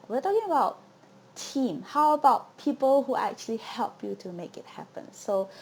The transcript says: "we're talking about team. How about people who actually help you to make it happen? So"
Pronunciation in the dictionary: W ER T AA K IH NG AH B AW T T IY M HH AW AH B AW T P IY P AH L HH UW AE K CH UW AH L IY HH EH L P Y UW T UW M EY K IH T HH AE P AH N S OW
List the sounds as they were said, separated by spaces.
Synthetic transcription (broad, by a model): W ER T AA K IH NG AH B AW T T IY M HH AW AH B AW T P IY P AH L HH UW AE K CH UW AH L IY HH EH L P Y UW T UW M EY K IH T HH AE P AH N S OW